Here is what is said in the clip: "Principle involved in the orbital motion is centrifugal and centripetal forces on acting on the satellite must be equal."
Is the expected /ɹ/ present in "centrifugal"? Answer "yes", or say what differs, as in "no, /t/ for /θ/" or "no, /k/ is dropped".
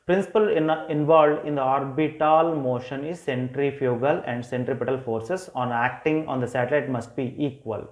yes